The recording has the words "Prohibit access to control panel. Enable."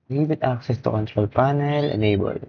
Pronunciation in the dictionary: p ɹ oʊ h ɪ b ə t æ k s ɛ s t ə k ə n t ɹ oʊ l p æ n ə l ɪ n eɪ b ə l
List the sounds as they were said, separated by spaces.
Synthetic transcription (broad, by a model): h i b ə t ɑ k s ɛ s t ə k ə n t ɹ oʊ l p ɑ n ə l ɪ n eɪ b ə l